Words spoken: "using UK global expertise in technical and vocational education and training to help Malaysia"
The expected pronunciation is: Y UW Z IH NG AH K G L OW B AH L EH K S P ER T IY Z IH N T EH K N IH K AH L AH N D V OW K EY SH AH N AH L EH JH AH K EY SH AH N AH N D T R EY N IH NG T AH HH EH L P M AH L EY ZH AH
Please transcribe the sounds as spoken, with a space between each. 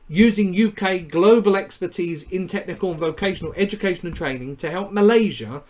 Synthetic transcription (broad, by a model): Y UW Z IH NG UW K G L OW B AH L EH K S P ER T IY Z IH N T EH K N IH K AH L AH N V OW K EY SH AH N AH L EH JH AH K EY SH AH N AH N T R EY N IH NG T AH HH EH L P M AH L EY ZH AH